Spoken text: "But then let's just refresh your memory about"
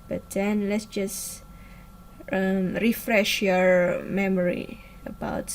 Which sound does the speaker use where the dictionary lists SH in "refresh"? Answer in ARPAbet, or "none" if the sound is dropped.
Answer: SH